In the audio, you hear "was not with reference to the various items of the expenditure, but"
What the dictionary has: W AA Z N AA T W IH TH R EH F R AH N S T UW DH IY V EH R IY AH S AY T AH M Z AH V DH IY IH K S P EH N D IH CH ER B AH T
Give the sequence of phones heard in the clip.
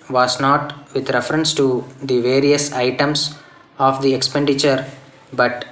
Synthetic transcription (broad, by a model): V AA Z N AA T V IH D R EH F R AH N S T UW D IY V EH R IY AH S AY T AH M S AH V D IY IH K S P EH N D IH CH ER B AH T